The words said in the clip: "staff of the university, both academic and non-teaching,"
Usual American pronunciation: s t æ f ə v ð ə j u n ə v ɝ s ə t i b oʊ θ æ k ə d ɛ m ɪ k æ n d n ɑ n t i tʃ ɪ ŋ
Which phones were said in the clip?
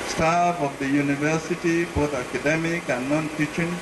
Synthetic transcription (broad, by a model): s t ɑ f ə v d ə j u n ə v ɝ s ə t i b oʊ t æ k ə d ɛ m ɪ k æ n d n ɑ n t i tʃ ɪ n